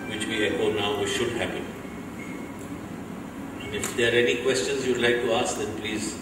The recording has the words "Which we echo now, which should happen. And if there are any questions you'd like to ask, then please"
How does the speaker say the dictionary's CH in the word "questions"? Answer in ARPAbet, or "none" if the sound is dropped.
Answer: CH